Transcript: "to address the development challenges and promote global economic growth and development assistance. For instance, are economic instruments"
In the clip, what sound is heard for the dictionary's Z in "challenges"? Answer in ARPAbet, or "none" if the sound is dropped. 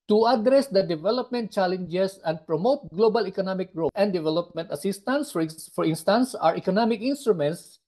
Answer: S